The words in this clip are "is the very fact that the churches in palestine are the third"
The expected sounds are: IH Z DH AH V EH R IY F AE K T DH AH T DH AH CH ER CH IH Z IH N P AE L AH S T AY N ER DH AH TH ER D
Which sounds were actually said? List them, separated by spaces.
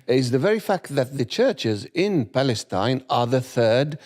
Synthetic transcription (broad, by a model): IH Z DH AH V EH R IY F AE K T DH AH T DH AH CH ER CH IH Z IH N P AE L AH S T AY N ER DH AH TH ER D